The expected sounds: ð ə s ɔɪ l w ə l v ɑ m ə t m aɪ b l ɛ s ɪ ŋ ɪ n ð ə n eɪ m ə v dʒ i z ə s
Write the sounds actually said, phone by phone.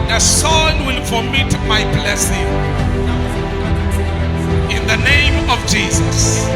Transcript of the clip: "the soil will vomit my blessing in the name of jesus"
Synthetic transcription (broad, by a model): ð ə s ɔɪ n w ə l f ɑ m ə t m aɪ b l ɛ s ɪ ŋ ɪ n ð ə n eɪ m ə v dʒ i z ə s